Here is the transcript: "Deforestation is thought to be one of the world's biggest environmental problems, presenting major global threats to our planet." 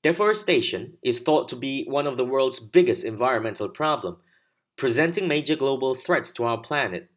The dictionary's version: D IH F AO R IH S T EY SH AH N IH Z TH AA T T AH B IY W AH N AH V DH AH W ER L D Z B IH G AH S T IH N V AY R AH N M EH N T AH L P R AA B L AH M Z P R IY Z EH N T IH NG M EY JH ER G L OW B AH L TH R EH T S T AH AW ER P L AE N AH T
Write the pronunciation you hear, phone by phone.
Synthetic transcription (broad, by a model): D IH F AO R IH S T EY SH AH N IH Z TH AA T T AH B IY W AH N AH V DH AH W ER L D Z B IH G AH S T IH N V AY R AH N M EH N T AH L P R AA B L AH M P R IY Z EH N T IH NG M EY JH ER G L OW B AH L TH R EH T S T AH AW ER P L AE N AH T